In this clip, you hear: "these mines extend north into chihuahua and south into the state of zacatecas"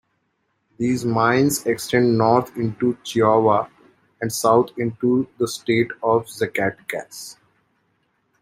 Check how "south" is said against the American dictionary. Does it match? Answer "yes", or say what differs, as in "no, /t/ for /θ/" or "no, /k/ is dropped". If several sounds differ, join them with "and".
no, /t/ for /θ/